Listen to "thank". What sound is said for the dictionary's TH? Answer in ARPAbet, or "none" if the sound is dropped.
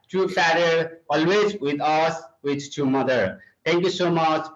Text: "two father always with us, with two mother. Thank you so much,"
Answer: T